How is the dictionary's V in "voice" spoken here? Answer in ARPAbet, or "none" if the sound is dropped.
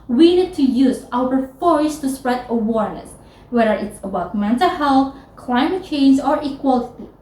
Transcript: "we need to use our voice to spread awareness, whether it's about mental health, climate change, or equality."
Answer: F